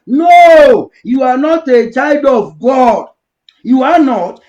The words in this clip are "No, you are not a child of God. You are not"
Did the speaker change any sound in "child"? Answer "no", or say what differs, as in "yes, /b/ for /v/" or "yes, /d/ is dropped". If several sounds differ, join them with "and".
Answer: no